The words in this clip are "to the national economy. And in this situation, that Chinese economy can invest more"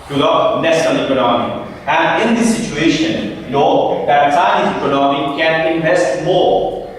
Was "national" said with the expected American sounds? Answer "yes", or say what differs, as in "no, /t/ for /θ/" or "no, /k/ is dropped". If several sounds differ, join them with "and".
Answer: no, /l/ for /n/ and /s/ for /ʃ/